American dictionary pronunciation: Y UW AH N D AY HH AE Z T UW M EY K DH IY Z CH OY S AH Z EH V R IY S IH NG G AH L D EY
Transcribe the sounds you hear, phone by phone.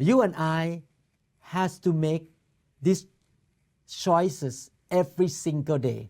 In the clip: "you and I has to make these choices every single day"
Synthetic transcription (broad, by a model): Y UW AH N AY HH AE S T UW M EY K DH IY S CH OY S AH S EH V R IY S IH NG G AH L D EY